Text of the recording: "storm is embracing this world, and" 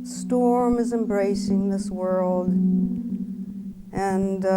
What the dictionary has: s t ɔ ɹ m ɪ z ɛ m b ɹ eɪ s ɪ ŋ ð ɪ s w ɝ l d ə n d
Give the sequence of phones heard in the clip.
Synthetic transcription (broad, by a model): s t ɔ ɹ m ɪ z ɛ m b ɹ eɪ s ɪ ŋ ð ɪ s w ɝ l d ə n